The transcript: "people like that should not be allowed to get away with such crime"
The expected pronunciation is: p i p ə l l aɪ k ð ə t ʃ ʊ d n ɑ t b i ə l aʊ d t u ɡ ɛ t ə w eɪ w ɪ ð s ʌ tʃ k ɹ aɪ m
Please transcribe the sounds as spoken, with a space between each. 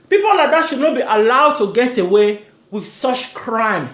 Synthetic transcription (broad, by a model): p i p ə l l aɪ k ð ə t ʃ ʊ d n ɑ t b i ə l aʊ d t u ɡ ɛ t ə w eɪ w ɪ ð s ʌ tʃ k ɹ aɪ m